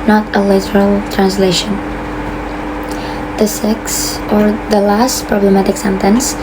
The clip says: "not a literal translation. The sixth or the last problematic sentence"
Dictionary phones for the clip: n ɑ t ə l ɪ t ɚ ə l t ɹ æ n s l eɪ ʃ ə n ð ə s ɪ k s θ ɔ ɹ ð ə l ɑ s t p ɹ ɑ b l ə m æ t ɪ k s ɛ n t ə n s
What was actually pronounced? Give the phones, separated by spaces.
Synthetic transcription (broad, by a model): n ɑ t ə l ɪ t ɚ ə l t ɹ æ n s l eɪ ʃ ə n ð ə s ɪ k s ɔ ɹ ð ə l ɑ s t p ɹ ɑ b l ə m æ t ɪ k s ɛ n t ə n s